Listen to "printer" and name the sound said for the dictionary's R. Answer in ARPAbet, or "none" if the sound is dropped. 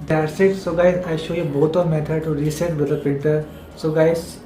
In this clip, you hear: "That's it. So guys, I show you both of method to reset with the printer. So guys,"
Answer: none